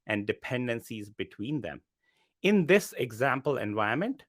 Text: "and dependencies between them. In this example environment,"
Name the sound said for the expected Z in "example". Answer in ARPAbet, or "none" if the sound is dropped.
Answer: Z